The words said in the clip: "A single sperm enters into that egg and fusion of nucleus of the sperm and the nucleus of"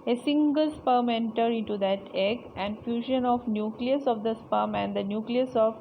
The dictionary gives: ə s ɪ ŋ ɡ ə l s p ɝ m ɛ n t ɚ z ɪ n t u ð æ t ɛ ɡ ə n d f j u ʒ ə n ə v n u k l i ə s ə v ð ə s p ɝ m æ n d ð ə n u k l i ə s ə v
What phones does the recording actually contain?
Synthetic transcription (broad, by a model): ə s ɪ ŋ ɡ ə l s p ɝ m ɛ n t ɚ ɪ n t u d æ t ɛ ɡ ə n d f j u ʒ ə n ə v n u k l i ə s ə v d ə s p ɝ m æ n d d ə n u k l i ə s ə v